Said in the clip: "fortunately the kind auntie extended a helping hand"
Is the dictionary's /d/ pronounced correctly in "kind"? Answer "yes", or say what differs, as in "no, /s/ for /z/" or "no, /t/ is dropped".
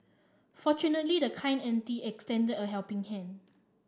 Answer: no, /d/ is dropped